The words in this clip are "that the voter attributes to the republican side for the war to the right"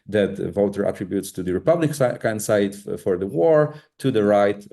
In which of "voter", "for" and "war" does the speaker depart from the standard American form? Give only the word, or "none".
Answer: none